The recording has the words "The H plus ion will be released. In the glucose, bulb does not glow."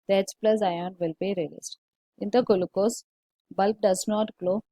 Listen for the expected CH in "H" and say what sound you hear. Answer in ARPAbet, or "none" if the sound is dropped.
S